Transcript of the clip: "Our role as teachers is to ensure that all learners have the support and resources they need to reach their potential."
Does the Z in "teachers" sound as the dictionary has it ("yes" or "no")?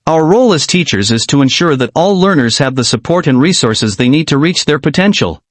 yes